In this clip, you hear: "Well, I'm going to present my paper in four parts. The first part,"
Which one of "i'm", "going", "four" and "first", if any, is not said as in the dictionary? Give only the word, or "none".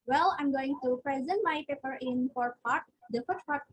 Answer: first